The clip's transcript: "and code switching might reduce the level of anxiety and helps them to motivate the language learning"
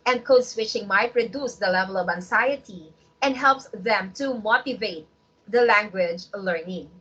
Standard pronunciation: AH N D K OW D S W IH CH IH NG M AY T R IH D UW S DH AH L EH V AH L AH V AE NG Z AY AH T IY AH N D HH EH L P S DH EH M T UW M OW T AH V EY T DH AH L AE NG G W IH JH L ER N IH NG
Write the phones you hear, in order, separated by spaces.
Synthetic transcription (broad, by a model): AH N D K OW D S W IH CH IH NG M AY T R IH D UW S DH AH L EH V AH L AH V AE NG S AY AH T IY AH N D HH EH L P S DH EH M T UW M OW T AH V EY T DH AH L AE NG G W IH JH L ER N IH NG